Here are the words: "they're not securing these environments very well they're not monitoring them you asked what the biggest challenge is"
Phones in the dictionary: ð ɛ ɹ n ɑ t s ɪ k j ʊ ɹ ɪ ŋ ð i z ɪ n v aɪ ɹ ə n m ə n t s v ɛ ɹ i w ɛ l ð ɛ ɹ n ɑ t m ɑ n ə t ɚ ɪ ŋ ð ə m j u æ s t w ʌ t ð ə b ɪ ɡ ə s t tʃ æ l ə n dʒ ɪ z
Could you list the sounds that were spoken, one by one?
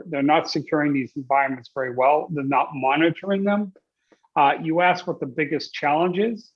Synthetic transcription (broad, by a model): ð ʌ ɹ n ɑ t s ɪ k j ʊ ɹ ɪ ŋ ð i z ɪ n v aɪ ɹ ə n m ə n t s v ɛ ɹ i w ɛ l ð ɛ ɹ n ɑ t m ɑ n ə t ɚ ɪ ŋ ð ə m j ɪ æ s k w ʌ t ð ə b ɪ ɡ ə s tʃ æ l ə n dʒ ɪ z